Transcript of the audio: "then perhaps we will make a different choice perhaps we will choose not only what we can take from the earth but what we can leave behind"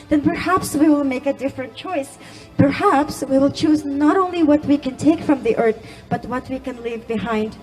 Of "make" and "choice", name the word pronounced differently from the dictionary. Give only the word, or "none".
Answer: none